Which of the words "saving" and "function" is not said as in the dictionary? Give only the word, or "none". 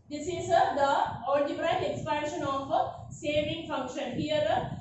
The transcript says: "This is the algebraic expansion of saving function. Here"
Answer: none